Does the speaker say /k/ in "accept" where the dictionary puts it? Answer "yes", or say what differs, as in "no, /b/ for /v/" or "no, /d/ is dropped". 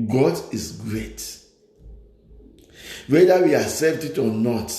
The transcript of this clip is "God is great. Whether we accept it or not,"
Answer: no, /k/ is dropped